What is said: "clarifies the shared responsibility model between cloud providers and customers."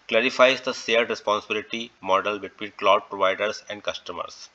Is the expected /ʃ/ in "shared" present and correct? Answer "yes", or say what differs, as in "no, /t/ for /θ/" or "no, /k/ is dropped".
no, /s/ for /ʃ/